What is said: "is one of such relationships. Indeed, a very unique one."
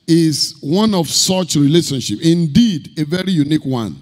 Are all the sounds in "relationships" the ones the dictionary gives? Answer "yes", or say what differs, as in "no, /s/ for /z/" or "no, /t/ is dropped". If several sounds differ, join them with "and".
no, /s/ is dropped